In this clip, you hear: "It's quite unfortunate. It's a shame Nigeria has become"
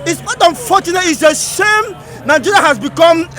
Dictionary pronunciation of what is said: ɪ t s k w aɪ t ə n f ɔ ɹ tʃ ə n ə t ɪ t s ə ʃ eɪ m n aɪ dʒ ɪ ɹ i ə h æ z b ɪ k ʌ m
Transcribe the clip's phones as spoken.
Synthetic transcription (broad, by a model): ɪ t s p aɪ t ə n f ɔ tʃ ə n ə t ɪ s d ə s eɪ m n aɪ dʒ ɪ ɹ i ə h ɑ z b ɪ k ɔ m